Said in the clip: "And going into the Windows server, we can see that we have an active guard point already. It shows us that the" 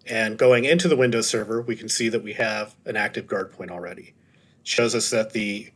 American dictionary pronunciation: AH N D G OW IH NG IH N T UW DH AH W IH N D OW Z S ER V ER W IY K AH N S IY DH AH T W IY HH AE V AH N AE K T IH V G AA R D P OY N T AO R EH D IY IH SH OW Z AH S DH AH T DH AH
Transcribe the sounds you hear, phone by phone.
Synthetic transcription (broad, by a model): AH N G OW IH NG IH N T UW DH AH W IH N D OW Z S ER V ER W IY K N S IY DH AH T W IY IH V AH N AE K T IH V G AA R D P OY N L R EH D IY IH SH OW Z AH S DH AH T DH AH